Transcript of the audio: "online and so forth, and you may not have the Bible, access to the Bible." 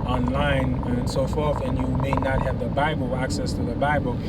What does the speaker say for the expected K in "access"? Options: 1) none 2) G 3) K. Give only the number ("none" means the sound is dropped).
3